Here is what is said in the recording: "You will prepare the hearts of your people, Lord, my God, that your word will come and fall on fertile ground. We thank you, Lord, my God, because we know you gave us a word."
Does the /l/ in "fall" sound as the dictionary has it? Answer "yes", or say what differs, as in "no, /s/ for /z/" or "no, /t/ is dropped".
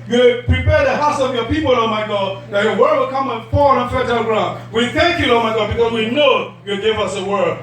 no, /n/ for /l/